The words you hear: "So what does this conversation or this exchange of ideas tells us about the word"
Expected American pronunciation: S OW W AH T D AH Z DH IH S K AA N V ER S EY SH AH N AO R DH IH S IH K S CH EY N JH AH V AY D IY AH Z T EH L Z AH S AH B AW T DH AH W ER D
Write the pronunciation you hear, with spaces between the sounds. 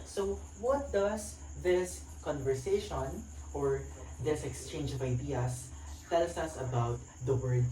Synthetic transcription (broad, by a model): S OW W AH T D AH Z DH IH S K AA N V ER S EY SH AH N AO R DH IH S IH K S CH EY N JH AH V AY D IY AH S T EH L S AH S AH B AW T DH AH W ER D